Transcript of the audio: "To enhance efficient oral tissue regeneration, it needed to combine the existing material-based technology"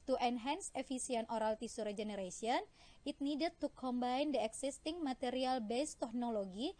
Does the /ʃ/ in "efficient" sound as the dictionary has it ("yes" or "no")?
no